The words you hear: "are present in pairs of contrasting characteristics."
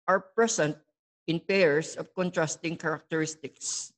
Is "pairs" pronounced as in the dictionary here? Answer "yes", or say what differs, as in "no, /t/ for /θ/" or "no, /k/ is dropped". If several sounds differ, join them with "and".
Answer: no, /s/ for /z/